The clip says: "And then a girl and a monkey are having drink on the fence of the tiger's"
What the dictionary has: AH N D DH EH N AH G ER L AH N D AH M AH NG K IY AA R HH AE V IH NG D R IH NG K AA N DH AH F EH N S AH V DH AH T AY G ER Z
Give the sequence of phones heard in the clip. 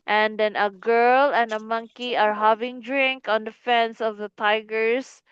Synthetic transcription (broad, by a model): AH N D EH N AH G ER L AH N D AH M AH NG K IY AA R HH AE V IH NG D R IH NG K AA N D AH F EH N S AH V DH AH T AY G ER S